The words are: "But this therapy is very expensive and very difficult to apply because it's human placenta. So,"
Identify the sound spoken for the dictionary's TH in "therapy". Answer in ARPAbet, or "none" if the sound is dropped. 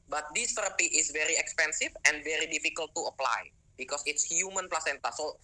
T